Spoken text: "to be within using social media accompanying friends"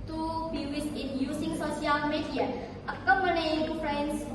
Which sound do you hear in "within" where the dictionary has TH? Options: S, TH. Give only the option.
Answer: S